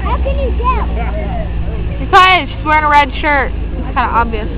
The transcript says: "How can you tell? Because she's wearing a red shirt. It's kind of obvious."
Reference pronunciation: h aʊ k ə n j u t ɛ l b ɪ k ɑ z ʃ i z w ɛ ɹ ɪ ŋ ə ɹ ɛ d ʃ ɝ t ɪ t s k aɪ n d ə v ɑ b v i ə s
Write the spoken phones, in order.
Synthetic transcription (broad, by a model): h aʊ k ə n j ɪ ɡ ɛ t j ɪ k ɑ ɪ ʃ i s w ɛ ɹ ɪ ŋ ə ɹ ɛ d ʃ ɝ t ɪ t s k aɪ n d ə ɑ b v i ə s